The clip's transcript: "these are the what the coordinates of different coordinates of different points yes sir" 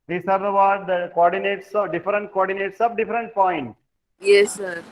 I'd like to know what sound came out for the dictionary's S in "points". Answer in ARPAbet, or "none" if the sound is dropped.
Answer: none